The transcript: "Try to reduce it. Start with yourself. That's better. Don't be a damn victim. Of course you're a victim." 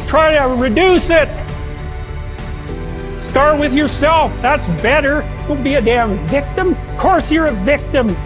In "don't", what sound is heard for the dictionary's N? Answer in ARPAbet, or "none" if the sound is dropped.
L